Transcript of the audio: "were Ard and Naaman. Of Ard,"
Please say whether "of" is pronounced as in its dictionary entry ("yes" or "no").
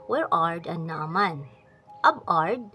no